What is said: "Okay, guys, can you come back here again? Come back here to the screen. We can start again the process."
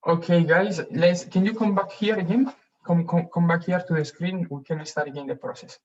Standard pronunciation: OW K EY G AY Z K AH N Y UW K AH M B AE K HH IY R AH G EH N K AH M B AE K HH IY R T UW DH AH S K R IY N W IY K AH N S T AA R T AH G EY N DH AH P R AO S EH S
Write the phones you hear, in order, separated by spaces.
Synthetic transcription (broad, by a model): OW K EY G AY S K AH N Y UW K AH M B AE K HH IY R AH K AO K K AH M B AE K HH IY R T UW DH AH S K R IY N W IY K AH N S T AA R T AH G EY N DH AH P R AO S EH S